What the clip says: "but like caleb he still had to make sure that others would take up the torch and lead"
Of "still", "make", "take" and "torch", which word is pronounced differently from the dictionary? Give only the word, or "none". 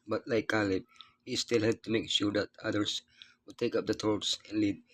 torch